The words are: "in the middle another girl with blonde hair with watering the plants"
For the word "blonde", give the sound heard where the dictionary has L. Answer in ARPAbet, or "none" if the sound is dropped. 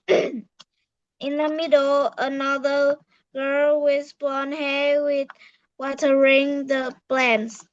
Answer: none